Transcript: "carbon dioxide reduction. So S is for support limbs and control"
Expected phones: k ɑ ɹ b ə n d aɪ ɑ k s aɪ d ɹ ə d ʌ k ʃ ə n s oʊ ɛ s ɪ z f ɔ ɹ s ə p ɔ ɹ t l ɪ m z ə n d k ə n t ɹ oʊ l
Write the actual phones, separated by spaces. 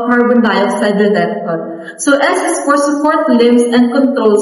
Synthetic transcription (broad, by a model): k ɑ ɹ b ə n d aɪ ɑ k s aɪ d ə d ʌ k ə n s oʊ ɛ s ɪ s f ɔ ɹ s ə p ɔ ɹ t l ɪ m s ə n d k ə n t ɹ oʊ l